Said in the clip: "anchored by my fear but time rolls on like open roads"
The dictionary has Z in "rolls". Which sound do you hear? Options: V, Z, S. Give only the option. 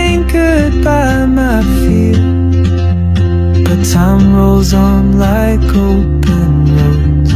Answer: Z